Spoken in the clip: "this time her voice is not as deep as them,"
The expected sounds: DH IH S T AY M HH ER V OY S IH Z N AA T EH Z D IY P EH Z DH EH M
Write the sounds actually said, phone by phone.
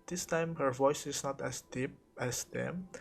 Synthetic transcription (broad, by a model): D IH S T AY M HH ER V OY S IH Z N AA T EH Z D IY P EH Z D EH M